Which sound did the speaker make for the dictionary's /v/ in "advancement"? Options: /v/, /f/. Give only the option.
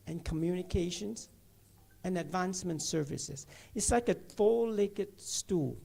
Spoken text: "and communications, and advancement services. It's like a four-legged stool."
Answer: /v/